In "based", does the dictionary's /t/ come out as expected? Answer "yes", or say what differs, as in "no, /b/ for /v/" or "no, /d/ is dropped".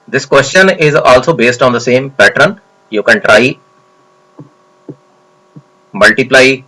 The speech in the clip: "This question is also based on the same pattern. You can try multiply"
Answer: yes